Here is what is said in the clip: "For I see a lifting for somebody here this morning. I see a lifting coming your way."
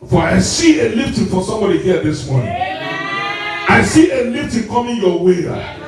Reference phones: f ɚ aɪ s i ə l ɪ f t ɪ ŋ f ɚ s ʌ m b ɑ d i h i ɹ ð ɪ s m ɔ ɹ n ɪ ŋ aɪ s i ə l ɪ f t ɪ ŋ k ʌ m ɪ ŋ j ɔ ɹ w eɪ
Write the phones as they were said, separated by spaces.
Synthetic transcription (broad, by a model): f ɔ aɪ s i ə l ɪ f t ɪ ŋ f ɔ s ʌ m b ɑ d i h i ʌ ð ɪ s m ɔ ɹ n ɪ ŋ aɪ s i ə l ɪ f t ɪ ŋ k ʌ m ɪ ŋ j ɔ w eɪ